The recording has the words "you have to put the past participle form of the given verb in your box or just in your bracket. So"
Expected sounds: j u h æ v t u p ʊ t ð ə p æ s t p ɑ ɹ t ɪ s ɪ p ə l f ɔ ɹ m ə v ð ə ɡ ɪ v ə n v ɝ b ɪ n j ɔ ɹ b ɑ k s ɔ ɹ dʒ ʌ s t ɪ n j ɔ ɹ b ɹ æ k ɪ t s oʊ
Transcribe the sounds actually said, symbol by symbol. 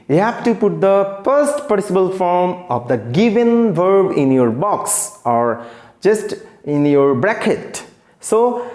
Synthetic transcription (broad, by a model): j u h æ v t u p ʊ t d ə f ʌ s t p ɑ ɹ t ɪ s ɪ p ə l f ɔ ɹ m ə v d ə ɡ ɪ v ə n v ɝ b ɪ n j ɔ ɹ b ɑ k s ɔ ɹ dʒ ʌ s t ɪ n j ɔ ɹ b ɹ æ k ɪ t s oʊ